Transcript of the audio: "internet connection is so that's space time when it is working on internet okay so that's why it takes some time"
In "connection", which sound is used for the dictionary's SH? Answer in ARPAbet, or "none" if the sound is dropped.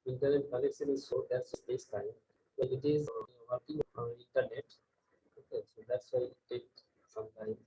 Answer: S